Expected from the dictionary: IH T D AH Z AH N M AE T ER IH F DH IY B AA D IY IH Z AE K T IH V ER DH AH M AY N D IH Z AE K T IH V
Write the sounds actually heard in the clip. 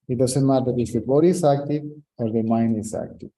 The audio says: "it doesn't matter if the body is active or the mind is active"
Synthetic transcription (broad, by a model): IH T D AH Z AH N M AE T ER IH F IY B AA D IY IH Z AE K T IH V ER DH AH M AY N IH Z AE K T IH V